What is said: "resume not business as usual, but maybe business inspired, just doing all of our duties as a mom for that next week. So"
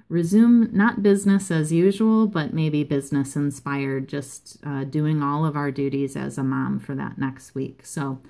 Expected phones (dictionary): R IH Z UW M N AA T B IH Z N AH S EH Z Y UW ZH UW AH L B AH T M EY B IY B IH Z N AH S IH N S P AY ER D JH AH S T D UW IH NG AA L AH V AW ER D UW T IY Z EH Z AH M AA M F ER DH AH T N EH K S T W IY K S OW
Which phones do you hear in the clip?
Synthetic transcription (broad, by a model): R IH Z UW M N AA T B IH Z N AH S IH Z Y UW ZH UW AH L B AH T M EY B IY B IH Z N AH S IH N S P AY ER D JH AH S T D UW IH NG AA L AH V AW ER D UW T IY Z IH Z AH M AA M F ER DH AH T N EH K S T W IY K S OW